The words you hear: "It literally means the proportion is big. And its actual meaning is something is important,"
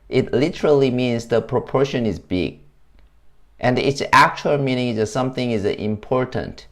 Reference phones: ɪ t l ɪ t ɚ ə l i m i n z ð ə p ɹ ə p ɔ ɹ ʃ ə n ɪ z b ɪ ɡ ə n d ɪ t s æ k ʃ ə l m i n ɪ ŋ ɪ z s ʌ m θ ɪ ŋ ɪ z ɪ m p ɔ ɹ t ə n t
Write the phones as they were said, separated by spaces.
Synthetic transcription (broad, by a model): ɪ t l ɪ t ɚ ə l i m i n z ð ə p ɹ ə p ɔ ɹ ʃ ə n ɪ z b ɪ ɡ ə n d ɪ t s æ k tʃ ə l m i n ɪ ŋ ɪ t s ʌ m θ ɪ ŋ ɪ z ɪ m p ɔ ɹ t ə n t